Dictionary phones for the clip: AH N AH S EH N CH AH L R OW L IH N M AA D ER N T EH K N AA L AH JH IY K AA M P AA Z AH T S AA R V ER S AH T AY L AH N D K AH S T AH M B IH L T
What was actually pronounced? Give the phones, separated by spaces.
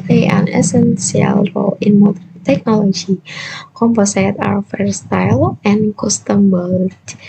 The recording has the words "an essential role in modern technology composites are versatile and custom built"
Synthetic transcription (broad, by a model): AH N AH S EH N S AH L R OW L IH N M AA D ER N T EH K N AA L AH JH IY K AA M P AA S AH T AA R F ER S T AY L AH N K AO S T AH M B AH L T